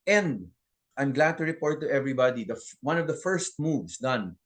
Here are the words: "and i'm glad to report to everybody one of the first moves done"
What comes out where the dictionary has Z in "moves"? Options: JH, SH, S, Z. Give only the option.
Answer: S